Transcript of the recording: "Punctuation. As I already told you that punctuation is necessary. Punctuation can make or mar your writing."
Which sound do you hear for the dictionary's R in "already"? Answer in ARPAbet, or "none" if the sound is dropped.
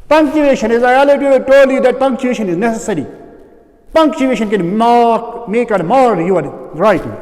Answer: none